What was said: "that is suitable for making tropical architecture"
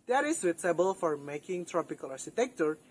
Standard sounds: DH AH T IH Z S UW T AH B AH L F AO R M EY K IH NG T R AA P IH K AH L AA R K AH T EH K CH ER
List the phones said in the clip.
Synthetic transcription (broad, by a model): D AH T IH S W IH S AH B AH L F AO R M EY K IH NG T R AA P IH K AH L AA R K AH T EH K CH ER